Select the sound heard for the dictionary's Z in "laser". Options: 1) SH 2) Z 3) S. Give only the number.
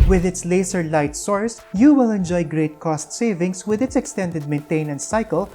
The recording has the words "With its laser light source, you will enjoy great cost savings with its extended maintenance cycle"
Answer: 3